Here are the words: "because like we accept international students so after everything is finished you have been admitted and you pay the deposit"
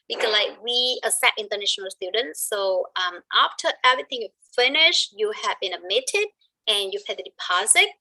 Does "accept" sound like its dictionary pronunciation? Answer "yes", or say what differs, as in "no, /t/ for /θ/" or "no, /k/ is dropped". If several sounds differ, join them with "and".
no, /k/ is dropped and /p/ is dropped